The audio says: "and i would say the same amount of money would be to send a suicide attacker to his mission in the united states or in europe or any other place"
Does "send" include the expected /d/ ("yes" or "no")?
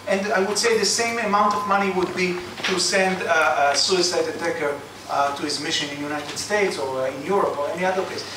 yes